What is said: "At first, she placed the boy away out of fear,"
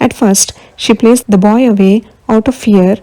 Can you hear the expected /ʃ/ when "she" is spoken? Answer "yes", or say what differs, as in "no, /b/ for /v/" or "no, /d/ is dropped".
yes